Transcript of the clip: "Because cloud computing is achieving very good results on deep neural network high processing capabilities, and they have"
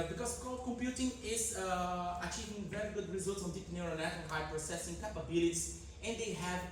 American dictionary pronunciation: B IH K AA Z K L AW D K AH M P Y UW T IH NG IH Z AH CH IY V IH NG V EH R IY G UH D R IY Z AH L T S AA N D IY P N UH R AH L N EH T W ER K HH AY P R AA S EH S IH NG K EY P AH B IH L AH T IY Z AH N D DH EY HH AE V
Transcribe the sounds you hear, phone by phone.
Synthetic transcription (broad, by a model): B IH K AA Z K AO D K AH M P Y UW T IH NG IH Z AH CH IY V IH NG V EH R IY G UH D R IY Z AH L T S AA N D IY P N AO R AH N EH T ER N HH AY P R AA S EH S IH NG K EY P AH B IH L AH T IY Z AH N D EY HH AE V